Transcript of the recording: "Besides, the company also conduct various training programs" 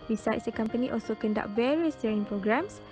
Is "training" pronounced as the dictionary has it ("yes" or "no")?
no